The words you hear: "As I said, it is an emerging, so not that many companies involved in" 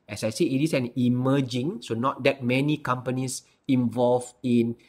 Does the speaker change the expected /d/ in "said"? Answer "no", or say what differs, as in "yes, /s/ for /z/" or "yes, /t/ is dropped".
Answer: yes, /d/ is dropped